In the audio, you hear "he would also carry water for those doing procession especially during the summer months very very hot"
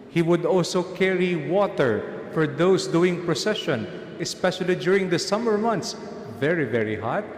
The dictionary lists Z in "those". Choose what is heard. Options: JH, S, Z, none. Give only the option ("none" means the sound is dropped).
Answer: S